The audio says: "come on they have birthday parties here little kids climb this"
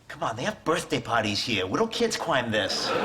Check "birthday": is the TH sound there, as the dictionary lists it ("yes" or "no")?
yes